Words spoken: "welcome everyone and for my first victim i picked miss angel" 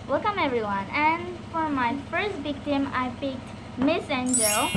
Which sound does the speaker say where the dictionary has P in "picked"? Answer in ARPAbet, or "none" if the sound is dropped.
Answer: P